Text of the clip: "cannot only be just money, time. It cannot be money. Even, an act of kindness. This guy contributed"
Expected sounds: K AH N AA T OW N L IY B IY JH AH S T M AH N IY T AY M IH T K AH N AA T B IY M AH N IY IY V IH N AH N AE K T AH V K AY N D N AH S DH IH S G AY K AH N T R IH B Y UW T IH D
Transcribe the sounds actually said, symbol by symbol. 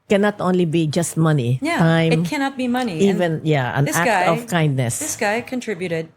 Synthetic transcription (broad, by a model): K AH N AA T OW N L IY B IY JH AH S T M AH N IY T AY IH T K AH N AA T B IY M AH N IY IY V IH N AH N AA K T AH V K AY N D N AH S DH IH S G AY K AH N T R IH B Y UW T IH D